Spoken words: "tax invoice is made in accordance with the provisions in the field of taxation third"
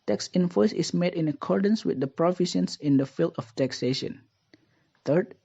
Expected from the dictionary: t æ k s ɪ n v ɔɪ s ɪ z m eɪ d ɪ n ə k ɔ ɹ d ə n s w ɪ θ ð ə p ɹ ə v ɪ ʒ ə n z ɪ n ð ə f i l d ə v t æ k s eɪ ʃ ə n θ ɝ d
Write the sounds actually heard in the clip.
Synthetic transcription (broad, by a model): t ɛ k s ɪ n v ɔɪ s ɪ s m eɪ d ɪ n ə k ɔ ɹ d ə n s w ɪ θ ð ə p ɹ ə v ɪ ʃ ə n s ɪ n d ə f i l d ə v t æ k s eɪ ʃ ə n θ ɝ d